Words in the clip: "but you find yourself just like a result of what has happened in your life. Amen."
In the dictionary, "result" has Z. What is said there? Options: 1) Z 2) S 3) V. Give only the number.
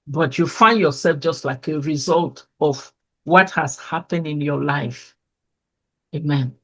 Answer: 1